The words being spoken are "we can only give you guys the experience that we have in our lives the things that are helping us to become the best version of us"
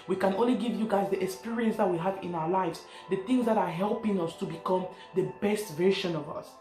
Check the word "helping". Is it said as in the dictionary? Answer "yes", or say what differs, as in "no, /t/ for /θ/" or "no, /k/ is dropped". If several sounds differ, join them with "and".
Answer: yes